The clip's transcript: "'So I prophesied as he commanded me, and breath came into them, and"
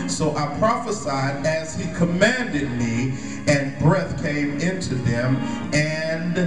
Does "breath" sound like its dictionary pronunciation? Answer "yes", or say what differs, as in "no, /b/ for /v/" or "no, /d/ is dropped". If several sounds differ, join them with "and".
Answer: yes